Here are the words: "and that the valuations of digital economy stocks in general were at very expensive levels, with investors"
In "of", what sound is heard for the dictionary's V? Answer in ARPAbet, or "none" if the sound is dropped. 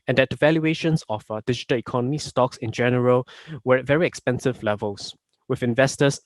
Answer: F